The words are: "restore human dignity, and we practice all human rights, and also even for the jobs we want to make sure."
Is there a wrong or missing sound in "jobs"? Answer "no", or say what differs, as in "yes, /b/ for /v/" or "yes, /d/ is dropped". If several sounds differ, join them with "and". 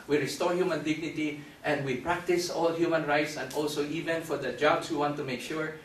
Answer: yes, /s/ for /z/